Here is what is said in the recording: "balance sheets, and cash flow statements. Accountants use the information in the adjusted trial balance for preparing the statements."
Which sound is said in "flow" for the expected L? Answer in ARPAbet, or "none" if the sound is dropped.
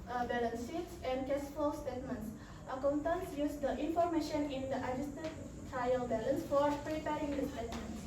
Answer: none